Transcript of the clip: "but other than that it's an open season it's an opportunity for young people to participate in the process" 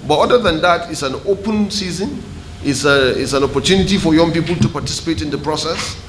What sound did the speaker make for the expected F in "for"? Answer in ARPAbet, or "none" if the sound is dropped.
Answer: F